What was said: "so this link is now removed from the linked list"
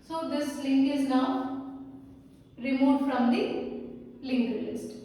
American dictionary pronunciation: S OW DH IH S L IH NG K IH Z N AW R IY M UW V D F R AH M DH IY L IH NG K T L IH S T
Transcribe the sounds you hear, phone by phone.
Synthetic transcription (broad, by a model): S OW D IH S L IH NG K IH Z N AW R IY M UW D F R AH M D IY L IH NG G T L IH S T